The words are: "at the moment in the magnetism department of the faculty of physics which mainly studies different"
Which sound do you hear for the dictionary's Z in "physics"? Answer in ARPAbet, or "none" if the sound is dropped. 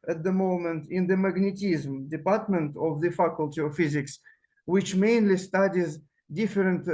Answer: Z